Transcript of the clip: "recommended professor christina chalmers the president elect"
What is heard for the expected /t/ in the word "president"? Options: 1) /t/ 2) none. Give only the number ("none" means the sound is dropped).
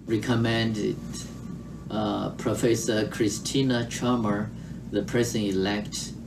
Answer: 2